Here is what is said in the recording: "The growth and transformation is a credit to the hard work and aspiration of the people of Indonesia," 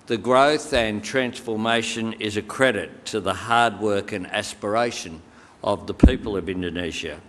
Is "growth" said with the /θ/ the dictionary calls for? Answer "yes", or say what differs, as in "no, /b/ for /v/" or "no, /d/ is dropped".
yes